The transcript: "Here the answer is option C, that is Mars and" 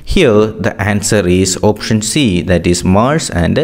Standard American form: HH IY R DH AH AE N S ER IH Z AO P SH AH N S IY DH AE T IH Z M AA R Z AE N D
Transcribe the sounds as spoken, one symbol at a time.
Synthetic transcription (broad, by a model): HH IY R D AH AE N S ER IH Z AO P SH AH N S IY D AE T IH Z M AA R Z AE N D